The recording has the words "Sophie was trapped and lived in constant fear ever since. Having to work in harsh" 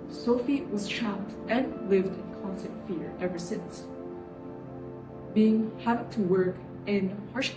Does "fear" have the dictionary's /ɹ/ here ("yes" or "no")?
yes